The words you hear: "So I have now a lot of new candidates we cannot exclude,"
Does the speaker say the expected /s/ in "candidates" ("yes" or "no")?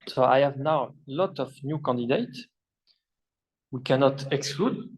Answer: no